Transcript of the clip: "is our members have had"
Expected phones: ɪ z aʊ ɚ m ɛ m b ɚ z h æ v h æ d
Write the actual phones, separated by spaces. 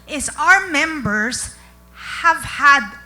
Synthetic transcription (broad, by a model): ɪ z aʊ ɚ m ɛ m b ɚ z h æ v h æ d